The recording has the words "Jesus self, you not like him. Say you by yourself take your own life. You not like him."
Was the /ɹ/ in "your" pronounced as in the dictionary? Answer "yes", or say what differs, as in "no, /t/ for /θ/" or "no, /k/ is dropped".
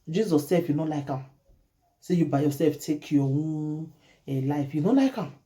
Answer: no, /w/ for /ɹ/